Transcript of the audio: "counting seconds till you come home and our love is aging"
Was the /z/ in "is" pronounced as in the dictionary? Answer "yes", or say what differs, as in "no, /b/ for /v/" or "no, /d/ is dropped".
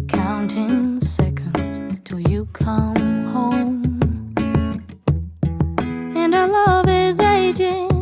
yes